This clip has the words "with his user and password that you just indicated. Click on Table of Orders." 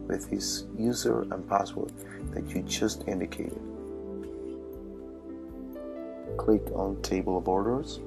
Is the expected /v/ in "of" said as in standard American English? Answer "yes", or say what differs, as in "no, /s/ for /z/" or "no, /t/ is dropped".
no, /b/ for /v/